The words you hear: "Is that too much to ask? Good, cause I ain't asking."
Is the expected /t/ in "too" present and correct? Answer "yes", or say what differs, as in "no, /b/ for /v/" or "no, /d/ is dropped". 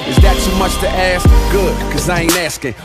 no, /s/ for /t/